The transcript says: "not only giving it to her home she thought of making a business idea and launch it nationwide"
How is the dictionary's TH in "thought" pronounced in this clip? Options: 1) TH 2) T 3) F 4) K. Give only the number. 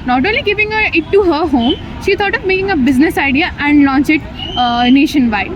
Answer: 2